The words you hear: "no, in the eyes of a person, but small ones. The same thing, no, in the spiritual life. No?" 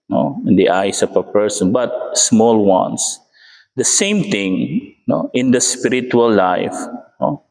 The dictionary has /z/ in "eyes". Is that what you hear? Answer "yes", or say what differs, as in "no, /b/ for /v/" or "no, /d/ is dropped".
no, /s/ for /z/